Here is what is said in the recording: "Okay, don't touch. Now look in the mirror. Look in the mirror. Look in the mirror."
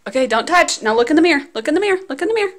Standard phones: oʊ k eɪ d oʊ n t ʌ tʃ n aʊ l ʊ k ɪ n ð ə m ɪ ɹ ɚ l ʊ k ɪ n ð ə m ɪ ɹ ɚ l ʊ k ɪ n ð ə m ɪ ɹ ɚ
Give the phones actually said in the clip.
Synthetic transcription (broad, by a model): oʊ k eɪ d oʊ n t ʌ tʃ n aʊ l ʊ k ɪ n ð ə m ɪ ɹ l ʊ k ɪ n ð ə m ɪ ɹ l ʊ k ɪ n ð ə m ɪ ɹ